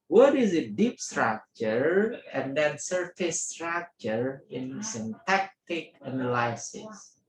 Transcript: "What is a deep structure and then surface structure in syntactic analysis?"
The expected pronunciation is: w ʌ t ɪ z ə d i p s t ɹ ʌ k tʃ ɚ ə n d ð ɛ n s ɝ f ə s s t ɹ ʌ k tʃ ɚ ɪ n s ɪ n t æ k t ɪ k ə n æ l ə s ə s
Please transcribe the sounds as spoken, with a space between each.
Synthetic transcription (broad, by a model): w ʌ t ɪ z ə d i p s t ɹ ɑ k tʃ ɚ ə n d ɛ n s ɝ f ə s s t ɹ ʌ k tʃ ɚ ɪ n s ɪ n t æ k t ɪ k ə n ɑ l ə s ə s